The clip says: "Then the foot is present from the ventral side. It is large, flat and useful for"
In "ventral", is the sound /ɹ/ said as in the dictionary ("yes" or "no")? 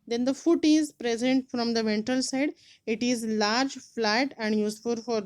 no